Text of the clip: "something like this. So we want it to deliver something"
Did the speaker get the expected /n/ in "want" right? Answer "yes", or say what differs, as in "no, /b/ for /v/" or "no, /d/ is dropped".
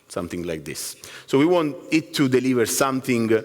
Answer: yes